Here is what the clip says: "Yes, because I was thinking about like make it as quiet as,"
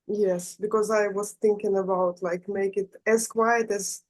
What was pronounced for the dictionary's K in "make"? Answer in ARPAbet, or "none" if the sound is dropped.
K